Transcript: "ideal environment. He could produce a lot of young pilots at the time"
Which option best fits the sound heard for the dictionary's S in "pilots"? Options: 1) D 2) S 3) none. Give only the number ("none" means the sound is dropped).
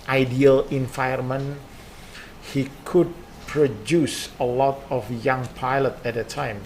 3